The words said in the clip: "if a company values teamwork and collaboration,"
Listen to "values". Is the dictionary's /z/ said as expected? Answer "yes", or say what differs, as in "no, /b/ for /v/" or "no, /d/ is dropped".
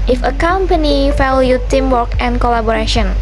no, /z/ is dropped